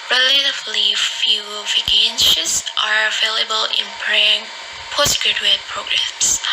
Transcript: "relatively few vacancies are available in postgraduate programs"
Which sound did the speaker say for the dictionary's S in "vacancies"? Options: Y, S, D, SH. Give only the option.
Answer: SH